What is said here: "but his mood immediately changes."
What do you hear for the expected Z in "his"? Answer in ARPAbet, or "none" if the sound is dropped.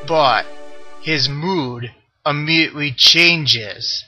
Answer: Z